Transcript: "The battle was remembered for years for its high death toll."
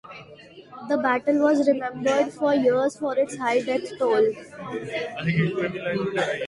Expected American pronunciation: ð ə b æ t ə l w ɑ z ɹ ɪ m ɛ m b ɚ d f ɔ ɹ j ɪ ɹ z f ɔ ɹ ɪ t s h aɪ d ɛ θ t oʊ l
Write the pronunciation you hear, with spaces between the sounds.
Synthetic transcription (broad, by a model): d ə b æ t ə l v ɑ z ɹ ɪ m ɛ m b ɚ d f ɔ ɹ j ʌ ɹ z f ɔ ɹ ɪ t s h aɪ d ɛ s t oʊ l